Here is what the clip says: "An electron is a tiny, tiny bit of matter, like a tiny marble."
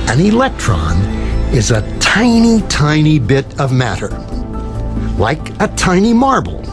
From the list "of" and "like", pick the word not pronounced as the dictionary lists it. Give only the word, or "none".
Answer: none